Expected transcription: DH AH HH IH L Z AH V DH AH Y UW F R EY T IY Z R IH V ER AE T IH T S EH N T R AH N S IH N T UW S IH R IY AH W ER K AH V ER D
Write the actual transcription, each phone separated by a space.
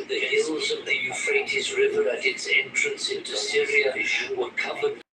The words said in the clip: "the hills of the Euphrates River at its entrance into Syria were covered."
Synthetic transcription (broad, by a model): DH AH HH IH L Z AH V DH AH Y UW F R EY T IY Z R IH V ER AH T IH T S EH N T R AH N S IH N T UW S IH R IY AH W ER K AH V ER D